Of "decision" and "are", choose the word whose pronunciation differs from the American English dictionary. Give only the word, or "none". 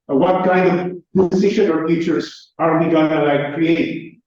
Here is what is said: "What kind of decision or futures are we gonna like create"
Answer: decision